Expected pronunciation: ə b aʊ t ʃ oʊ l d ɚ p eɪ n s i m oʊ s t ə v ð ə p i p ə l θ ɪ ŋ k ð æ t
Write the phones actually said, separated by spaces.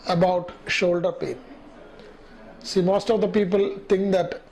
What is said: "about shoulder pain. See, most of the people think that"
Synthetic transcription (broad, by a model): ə b aʊ t ʃ oʊ l d ɚ p eɪ n s i m oʊ s t ə v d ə p i p ə l t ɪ ŋ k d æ t